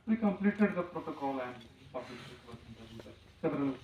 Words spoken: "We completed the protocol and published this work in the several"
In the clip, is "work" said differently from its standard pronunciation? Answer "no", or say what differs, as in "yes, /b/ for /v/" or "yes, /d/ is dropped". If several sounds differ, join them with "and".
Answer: yes, /k/ is dropped